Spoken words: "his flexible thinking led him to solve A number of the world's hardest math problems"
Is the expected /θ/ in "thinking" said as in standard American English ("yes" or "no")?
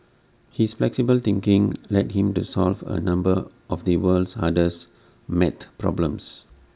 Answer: no